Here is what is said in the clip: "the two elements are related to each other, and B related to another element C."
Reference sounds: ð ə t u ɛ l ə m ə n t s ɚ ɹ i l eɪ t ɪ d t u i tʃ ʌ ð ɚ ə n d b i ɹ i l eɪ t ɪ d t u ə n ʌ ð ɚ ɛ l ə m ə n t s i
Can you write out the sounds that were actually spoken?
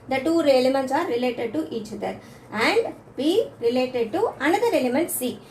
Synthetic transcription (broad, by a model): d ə t u ɛ l ə m ə n t s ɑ ɹ i l eɪ t ɪ d t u i tʃ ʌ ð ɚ ə n d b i ɹ i l eɪ t ɪ d t u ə n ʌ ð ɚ ɛ l ə m ə n t s i